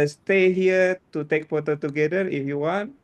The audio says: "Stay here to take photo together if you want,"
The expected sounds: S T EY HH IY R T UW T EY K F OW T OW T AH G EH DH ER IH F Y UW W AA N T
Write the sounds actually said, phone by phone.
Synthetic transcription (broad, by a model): S T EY HH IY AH T UW T EY K P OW T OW T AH G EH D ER IH F Y UW W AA N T